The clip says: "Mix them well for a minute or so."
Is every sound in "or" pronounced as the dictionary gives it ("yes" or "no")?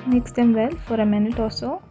no